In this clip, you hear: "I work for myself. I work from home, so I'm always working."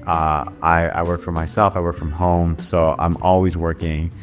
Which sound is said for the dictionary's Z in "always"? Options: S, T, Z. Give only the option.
Z